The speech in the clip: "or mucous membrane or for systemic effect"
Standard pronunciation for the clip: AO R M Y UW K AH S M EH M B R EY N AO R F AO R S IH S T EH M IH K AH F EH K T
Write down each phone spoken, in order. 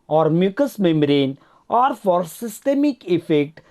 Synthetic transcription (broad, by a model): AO R M Y UW K AH S M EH M R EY N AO R F AO R S IH S T EH M IH K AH F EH K T